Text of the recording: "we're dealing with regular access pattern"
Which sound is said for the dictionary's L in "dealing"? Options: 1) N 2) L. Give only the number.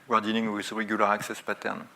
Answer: 1